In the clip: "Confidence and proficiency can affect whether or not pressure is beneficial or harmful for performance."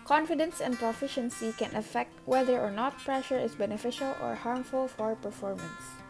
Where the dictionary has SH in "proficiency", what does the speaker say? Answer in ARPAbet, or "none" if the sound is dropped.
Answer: SH